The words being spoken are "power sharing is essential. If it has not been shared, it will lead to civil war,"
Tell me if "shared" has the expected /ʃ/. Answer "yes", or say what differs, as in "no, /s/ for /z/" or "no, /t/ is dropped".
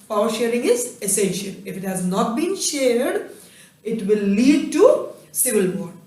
yes